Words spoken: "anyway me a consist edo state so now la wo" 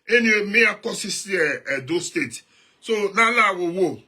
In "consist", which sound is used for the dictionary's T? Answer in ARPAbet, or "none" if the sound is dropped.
none